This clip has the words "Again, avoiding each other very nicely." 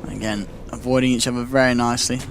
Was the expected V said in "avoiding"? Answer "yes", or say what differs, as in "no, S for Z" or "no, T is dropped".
yes